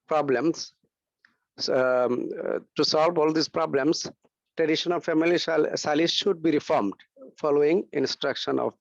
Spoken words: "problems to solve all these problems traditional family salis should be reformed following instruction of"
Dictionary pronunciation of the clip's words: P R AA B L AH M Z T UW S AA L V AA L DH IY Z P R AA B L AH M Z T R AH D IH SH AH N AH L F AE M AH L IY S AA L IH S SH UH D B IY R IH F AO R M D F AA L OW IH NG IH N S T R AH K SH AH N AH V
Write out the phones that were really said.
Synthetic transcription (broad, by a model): P R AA B L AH M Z T UW S AA L V AA L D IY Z P R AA B L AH M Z T R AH D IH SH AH N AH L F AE M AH L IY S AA L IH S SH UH D B IY R IH F AO R M D F AA L OW IH NG IH N S T R AH K SH AH N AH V